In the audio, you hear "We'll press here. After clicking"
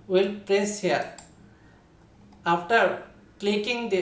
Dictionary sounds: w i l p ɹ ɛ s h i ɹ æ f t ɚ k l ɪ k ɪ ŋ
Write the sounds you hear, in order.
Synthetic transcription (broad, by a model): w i l p ɹ ɛ s h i ɹ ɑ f t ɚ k l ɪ k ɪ ŋ